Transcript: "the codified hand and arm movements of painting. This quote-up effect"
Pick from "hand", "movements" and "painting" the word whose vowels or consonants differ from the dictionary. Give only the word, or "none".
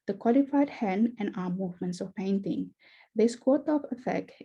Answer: hand